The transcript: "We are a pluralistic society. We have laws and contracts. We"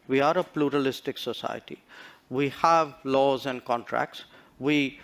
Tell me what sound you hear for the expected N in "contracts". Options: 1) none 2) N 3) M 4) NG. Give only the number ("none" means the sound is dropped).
2